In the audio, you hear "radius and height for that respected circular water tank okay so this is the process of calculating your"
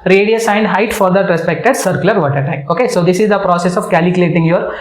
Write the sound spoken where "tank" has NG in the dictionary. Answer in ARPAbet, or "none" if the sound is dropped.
none